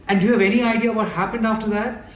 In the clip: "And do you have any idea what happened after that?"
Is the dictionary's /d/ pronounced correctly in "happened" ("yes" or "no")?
yes